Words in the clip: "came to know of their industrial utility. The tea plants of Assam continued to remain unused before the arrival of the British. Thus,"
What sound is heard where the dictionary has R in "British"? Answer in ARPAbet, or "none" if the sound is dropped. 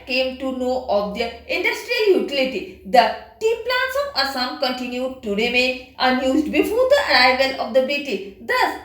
none